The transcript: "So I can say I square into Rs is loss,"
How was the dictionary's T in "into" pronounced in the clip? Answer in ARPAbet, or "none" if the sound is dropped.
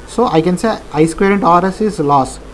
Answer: T